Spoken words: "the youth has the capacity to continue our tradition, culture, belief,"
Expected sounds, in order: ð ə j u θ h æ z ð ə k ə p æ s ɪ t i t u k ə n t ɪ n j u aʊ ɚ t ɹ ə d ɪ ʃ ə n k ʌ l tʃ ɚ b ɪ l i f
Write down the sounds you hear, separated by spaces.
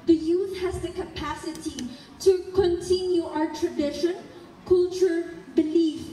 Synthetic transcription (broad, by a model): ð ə j u θ h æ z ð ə k ə p æ s ɪ t i t u k ə n t ɪ n j u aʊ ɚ t ɹ ə d ɪ ʃ ə n k ʌ l tʃ ɚ b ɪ l i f